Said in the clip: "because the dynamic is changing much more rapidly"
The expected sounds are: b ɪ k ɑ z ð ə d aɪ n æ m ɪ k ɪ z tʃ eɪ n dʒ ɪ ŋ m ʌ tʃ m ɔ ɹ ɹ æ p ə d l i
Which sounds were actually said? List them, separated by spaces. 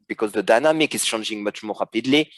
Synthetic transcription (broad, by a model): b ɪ k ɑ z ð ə d aɪ n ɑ m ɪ k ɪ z ʃ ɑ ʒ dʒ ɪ ŋ m ʌ tʃ m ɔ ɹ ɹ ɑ p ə d l i